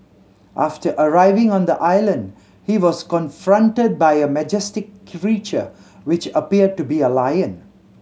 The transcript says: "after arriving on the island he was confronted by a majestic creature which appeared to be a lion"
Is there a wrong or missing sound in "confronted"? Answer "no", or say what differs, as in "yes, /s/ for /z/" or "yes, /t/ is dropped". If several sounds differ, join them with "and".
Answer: no